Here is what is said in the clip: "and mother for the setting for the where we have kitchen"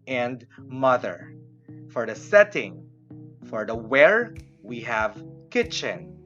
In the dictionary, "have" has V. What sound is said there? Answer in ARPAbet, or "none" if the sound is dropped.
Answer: V